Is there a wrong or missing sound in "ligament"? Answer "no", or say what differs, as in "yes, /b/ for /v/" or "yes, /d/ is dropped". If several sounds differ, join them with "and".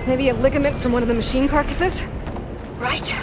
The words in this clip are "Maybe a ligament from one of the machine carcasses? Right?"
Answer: no